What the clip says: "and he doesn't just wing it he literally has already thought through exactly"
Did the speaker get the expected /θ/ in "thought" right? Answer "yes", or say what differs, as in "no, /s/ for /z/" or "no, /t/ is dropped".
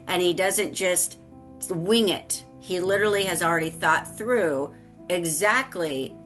yes